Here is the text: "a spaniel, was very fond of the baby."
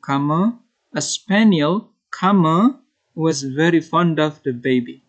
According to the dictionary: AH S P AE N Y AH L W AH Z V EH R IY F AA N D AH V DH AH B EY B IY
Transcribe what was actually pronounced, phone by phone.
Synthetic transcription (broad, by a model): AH S P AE N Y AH L W AH Z V EH R IY F AA N D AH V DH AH B EY B IY